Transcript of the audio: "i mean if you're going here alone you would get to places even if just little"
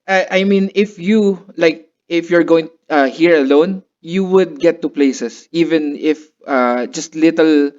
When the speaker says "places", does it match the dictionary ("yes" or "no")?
no